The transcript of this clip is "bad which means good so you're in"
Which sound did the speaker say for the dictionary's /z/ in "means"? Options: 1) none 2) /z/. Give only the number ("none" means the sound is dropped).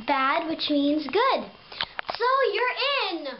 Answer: 2